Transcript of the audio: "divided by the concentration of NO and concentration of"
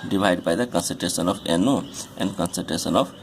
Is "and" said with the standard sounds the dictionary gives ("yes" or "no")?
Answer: yes